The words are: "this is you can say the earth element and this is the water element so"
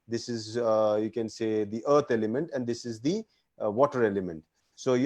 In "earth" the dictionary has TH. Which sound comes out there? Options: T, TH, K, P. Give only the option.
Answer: T